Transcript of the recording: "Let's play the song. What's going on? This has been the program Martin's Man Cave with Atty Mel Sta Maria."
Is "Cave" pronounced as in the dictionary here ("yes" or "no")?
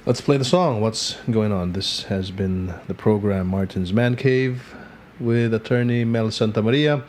yes